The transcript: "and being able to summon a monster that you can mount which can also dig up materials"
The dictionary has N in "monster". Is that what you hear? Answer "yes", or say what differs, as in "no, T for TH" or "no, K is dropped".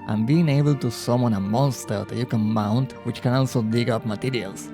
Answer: yes